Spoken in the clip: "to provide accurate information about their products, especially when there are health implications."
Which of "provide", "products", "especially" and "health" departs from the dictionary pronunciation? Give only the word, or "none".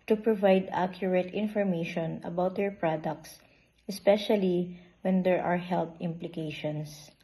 health